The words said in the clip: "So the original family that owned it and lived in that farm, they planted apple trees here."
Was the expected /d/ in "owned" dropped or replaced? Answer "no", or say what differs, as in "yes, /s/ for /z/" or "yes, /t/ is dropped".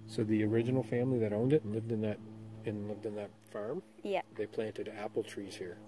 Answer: no